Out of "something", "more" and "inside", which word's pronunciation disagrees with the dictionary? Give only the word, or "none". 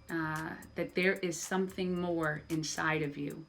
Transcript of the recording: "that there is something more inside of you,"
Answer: none